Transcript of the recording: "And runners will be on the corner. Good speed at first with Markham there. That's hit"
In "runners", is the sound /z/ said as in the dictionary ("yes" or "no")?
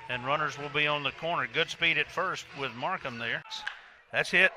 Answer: yes